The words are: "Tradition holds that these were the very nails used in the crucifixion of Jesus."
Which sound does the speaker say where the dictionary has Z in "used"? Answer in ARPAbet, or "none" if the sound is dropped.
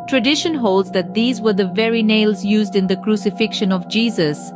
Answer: Z